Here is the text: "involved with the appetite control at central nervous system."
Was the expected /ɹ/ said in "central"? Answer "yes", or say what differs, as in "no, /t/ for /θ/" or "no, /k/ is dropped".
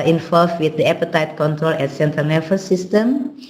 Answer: no, /ɹ/ is dropped